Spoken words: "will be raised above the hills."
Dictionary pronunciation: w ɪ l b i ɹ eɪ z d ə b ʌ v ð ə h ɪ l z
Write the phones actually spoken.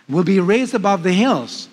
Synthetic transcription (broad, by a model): w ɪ l b i ɹ eɪ z d ə b ʌ v ð ə h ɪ l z